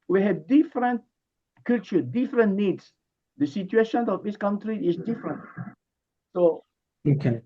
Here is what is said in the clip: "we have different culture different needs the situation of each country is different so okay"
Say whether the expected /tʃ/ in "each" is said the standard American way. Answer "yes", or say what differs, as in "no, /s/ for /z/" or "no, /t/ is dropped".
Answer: no, /s/ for /tʃ/